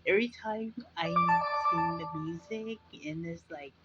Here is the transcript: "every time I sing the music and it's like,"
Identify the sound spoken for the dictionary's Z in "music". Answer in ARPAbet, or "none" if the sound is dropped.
Z